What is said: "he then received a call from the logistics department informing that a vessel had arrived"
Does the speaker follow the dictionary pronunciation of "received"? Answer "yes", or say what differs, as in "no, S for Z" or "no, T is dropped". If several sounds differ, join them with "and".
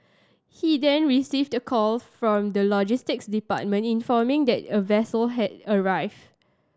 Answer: yes